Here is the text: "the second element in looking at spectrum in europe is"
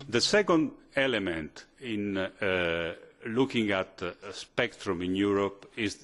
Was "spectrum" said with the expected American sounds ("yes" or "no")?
yes